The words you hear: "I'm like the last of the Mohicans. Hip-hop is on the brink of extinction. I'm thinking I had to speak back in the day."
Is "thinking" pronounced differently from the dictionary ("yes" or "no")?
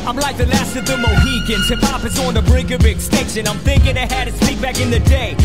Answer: no